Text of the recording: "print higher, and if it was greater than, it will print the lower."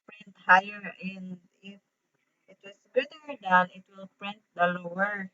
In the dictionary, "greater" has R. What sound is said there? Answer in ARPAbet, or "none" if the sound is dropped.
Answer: none